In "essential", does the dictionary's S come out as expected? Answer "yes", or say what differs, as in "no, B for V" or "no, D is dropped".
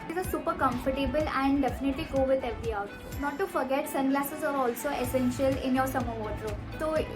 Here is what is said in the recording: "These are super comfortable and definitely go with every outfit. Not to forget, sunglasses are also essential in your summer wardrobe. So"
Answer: yes